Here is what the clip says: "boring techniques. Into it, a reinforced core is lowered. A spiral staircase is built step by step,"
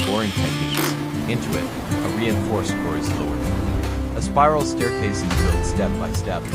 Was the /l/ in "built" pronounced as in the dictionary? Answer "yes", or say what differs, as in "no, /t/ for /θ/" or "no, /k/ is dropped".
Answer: no, /l/ is dropped